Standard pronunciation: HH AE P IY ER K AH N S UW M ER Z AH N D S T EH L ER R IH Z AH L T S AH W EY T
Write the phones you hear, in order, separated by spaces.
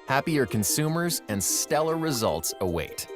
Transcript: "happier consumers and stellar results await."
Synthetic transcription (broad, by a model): HH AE P IY ER K AH N S UW M ER Z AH N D S T EH L ER R IH Z AH L T S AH W EY T